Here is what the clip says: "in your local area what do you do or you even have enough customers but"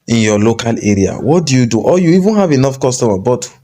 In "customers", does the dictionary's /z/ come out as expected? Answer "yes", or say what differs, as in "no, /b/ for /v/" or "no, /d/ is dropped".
no, /z/ is dropped